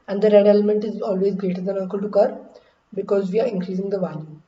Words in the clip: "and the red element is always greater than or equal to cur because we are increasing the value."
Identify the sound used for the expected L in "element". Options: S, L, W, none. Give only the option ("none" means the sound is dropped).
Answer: L